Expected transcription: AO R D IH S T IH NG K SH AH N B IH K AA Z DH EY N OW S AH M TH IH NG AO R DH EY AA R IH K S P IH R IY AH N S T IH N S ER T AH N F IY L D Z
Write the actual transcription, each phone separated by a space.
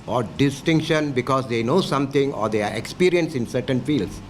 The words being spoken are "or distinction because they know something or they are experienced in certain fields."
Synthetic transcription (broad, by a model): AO R D IH S T IH NG K SH AH N B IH K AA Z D EY N OW S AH M T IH NG AO R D EY AA R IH K S P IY R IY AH N S IH N S ER T AH N F IY L D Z